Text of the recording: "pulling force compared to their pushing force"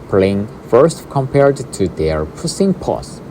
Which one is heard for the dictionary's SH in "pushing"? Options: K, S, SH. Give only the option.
S